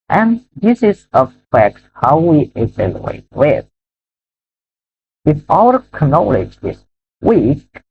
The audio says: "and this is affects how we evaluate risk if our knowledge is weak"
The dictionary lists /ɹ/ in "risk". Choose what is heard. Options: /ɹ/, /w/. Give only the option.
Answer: /w/